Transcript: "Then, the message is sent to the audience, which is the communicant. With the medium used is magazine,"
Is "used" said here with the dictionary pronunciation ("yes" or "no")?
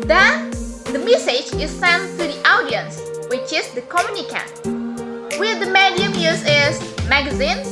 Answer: no